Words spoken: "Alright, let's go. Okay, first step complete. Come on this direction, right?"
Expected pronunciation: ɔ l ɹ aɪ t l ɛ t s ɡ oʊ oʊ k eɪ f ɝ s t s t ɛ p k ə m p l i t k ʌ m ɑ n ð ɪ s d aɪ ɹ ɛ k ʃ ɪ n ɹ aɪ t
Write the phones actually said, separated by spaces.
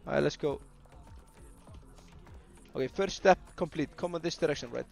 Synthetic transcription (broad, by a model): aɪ l ɛ t s ɡ oʊ oʊ k eɪ f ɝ t s t ɛ p k ə m p l i t k ʌ m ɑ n ð ɪ s d aɪ ɹ ɛ k ʃ ɪ n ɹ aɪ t